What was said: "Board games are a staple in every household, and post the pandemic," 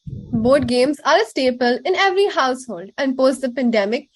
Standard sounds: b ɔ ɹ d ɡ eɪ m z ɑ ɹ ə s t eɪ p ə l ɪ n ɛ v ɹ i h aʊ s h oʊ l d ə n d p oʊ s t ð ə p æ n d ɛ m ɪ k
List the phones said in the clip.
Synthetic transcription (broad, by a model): b ɔ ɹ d ɡ eɪ m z ɑ ɹ ə s t eɪ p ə l ɪ n ɛ v ɹ i h aʊ s h oʊ l d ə n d p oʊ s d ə p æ n d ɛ m ɪ k